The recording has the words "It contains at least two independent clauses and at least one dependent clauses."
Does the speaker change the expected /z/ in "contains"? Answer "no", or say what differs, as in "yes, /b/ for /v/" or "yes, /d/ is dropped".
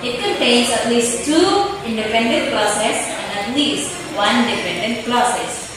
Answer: yes, /s/ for /z/